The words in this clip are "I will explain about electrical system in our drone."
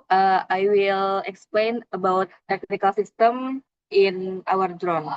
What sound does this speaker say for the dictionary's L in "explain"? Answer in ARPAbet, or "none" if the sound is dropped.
L